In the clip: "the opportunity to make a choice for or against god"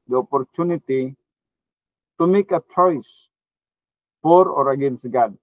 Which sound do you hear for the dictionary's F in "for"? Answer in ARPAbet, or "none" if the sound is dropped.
P